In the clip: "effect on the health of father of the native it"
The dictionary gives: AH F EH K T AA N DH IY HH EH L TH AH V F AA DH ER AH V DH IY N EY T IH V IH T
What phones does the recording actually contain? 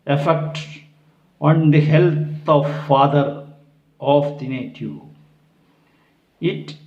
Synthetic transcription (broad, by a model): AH F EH K T AA N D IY HH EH L T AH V F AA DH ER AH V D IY N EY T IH IH T